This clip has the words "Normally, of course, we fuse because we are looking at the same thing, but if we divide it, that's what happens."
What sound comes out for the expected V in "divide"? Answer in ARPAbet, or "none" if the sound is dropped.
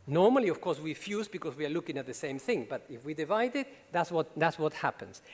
V